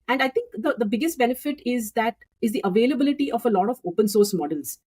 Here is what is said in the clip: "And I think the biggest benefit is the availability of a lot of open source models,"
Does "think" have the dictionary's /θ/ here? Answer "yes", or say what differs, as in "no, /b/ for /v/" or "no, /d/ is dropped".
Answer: no, /t/ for /θ/